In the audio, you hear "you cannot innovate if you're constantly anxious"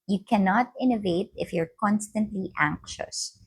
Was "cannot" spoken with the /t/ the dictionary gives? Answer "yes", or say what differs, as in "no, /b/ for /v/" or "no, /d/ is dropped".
yes